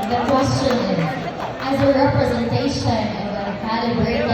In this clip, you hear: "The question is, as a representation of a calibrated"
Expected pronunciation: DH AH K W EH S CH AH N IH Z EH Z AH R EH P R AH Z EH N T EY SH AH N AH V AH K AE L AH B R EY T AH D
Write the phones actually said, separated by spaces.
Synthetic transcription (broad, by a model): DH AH K W EH S CH AH N IH Z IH Z AH R EH P R AH Z EH N T EY SH AH N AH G AH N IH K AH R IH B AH